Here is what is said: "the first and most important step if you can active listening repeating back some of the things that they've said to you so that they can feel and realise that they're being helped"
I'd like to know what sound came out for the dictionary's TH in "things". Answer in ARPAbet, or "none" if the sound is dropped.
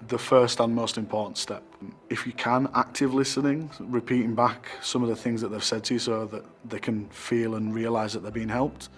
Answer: TH